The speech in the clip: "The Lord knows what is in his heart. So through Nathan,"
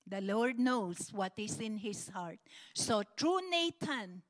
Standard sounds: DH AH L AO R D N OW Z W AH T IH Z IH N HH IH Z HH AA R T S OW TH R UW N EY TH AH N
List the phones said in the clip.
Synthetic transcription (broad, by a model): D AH L AO R D N OW S W AH T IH S IH N HH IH S HH AA R T S OW T R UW N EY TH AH N